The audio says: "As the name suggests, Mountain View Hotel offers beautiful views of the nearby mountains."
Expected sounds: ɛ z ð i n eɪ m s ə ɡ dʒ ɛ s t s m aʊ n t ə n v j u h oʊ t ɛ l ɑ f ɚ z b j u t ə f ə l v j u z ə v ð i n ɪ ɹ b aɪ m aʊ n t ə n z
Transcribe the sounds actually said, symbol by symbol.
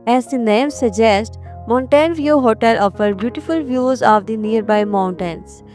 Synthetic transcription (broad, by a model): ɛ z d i n eɪ m s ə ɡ dʒ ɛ s t m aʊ n t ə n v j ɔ h oʊ t ɛ l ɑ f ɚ b j u t ə f ə l v j u z ə v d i n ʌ ɹ b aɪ m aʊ n t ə n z